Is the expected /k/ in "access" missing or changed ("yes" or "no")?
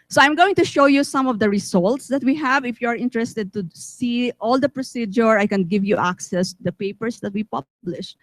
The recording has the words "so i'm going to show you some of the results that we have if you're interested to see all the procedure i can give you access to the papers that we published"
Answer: no